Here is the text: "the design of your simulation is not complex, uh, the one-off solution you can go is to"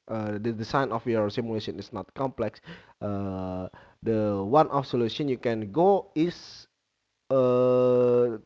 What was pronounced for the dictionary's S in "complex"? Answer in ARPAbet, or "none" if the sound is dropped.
S